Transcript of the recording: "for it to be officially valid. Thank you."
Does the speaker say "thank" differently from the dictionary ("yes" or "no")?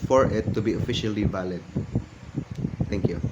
yes